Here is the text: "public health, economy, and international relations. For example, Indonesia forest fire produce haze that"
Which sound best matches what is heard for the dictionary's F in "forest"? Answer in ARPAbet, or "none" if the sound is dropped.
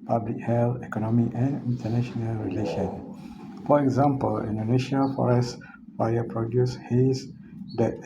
F